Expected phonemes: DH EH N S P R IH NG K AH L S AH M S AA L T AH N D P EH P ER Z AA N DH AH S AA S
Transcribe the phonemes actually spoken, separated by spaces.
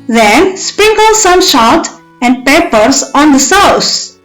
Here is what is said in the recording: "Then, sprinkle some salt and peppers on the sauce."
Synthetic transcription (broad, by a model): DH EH N S P R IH NG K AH L S AH M SH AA T AH N D P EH P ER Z AA N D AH S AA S